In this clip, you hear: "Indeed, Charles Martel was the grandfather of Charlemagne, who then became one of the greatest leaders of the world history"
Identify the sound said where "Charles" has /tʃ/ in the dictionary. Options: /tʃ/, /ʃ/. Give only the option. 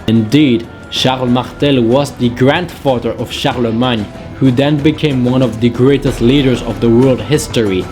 /ʃ/